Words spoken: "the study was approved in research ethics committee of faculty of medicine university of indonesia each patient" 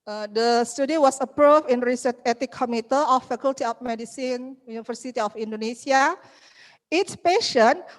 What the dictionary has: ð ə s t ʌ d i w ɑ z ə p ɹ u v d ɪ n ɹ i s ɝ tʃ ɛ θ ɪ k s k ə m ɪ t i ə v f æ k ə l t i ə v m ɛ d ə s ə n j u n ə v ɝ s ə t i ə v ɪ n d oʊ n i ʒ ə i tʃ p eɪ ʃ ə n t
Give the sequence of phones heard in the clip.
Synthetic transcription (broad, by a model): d ə s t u d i w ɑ s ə p ɹ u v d ɪ n ɹ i s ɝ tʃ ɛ t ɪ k k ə m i t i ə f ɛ k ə l t i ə f m ɛ d ə s ə n j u n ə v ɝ s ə t i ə f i n d oʊ n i s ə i s p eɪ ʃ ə n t